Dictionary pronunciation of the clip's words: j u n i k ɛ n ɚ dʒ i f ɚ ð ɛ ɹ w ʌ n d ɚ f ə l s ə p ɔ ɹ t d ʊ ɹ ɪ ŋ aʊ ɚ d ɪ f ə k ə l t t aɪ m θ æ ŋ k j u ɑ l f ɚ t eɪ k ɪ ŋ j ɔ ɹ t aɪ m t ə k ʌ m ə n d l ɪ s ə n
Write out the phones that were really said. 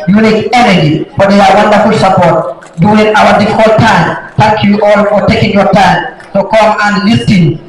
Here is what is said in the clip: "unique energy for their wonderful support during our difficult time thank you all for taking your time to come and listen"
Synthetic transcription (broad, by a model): j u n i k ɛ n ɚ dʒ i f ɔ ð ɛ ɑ w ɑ n d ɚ f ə l s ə p ɔ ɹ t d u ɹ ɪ ŋ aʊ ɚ d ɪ f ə k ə l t t aɪ m t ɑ k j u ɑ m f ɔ t eɪ k ɪ ŋ j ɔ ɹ t aɪ m s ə k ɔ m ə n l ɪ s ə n